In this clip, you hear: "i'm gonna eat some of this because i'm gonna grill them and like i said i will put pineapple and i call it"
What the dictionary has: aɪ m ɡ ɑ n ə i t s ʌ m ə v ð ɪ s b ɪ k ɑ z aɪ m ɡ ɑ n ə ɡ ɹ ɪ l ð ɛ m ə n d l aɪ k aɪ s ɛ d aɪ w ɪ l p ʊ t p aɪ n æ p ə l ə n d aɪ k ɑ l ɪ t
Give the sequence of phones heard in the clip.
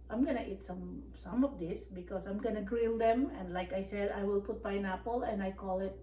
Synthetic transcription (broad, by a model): aɪ m ɡ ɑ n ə i t s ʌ m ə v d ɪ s b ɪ k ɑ s aɪ m ɡ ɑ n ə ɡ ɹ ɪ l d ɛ m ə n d l aɪ k aɪ s ɛ d aɪ w ɪ l p ʊ t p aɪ n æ p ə l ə n aɪ k ɑ l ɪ t